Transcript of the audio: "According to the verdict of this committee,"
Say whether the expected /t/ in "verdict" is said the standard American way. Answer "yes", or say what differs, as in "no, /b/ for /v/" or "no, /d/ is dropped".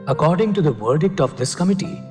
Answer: yes